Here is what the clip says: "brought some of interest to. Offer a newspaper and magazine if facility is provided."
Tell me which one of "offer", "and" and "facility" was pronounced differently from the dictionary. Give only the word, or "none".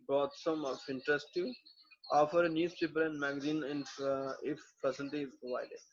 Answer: facility